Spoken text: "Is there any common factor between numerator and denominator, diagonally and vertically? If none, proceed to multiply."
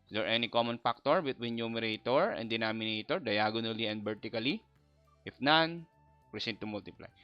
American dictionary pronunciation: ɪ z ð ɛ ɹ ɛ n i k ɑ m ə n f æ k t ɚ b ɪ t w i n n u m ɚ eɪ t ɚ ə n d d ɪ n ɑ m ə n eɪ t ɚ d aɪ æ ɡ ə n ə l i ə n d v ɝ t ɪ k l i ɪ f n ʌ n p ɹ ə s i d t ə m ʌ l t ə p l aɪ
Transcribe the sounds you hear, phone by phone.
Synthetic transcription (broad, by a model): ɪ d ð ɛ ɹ ɛ n i k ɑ m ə n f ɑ k t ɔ b ɪ t w i n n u m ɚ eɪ t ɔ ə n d d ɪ n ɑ m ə n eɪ t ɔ d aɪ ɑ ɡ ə n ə l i ə n d b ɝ t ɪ k l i ɪ f n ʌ n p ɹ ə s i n t ə m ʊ l t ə p l aɪ